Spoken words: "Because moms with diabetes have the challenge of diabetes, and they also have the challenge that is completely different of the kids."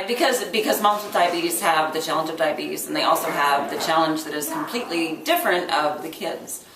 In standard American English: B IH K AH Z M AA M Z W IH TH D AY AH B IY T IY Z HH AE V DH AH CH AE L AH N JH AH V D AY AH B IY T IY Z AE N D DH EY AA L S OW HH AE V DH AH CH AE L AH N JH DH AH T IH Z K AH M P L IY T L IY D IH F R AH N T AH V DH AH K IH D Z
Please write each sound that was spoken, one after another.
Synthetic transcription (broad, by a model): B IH K AH Z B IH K Z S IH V D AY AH B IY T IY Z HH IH V DH AH CH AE L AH N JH AH V D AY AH B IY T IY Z N DH EY AA L S OW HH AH V DH AH CH AE L AH N JH DH AH T IH Z K M P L IY T L IY D IH F R AH N T AH V DH AH K IH D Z